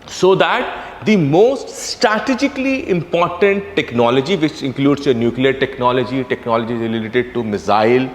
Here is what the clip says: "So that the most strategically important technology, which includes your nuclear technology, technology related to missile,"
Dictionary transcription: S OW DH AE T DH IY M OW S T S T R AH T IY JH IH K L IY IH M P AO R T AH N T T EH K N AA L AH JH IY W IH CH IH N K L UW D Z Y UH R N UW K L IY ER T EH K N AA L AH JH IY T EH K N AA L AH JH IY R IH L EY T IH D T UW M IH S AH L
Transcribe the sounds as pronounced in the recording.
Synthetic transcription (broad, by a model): S OW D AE T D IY M OW S T S T R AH T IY JH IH K L IY IH M P AO R T AH N T T EH K N AA L AH JH IY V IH CH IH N K L UW D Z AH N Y UW K L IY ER T EH K N AA L AH JH IY T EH K N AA L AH JH IY L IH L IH T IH D T UW M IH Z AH L